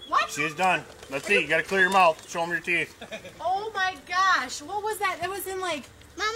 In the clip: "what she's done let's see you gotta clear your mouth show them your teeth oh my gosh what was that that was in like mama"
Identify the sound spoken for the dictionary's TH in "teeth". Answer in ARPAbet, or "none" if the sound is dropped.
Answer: TH